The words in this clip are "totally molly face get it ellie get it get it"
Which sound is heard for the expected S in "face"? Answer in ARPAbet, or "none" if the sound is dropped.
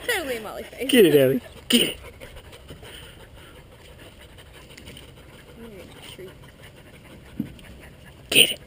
none